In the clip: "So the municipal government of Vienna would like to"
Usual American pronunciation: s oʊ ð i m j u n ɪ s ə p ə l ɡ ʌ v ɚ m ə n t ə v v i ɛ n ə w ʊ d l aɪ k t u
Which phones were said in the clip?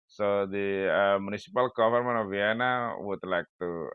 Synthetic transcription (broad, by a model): s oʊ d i m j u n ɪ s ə p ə l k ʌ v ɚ m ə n ə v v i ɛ n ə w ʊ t l aɪ k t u